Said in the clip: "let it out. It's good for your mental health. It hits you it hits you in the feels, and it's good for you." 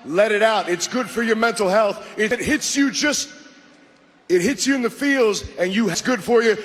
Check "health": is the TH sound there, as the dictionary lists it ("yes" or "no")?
yes